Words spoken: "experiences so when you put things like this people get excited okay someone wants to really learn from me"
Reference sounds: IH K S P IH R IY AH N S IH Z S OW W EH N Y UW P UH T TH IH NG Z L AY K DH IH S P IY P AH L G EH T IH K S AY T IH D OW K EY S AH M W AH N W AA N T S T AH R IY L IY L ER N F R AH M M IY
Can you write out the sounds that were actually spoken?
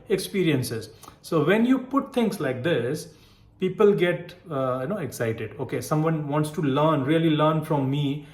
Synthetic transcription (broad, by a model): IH K S P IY R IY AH N S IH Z S OW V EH N Y UW P UH T T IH NG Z L AY K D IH S P IY P AH L G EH T IH K S AY T IH D OW K EY S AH M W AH N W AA N T S T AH R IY L IY L ER N F R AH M M IY